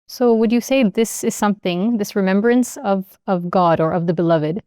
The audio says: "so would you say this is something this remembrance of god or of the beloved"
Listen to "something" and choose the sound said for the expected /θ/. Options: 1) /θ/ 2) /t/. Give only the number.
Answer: 1